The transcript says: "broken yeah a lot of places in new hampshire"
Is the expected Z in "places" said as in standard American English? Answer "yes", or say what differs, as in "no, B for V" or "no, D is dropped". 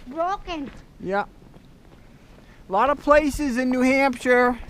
yes